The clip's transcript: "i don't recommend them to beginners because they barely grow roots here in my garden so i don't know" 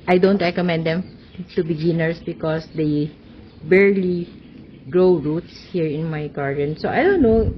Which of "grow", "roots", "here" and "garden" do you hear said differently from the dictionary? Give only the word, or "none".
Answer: none